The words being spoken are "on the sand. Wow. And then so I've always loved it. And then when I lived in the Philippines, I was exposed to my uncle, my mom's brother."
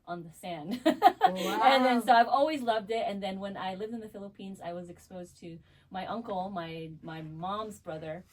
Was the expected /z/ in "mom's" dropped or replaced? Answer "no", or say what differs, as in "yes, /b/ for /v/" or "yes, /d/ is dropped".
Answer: no